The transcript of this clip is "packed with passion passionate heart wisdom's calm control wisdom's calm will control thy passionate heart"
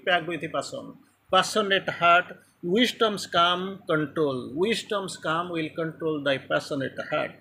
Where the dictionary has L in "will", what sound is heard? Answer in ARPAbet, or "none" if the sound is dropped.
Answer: L